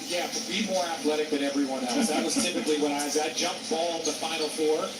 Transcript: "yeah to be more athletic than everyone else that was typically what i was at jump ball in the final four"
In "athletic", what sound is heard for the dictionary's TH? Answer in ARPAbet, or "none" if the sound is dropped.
TH